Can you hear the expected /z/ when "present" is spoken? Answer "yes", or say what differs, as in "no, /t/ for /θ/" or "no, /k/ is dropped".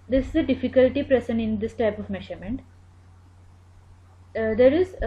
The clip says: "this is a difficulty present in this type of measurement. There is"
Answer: no, /s/ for /z/